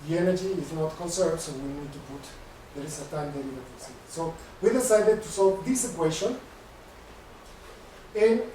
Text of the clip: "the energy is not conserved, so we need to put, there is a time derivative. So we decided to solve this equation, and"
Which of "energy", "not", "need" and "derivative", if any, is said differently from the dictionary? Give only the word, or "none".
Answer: derivative